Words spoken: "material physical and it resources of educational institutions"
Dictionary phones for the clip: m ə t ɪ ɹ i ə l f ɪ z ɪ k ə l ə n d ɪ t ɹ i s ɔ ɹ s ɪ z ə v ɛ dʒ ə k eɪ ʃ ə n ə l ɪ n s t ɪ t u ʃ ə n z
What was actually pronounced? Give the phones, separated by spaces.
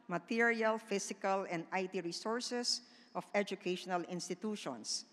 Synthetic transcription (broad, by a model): m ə t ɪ ɹ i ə l f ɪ s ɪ k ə l ə n d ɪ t ɹ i s ɔ ɹ s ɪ s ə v ɛ dʒ ə k eɪ ʃ ə n ə l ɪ n s t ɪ t u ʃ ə n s